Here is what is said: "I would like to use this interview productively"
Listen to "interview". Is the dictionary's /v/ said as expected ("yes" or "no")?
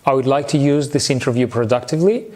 yes